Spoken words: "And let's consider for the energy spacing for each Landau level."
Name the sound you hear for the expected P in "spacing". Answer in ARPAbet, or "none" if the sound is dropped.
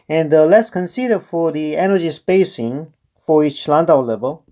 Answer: P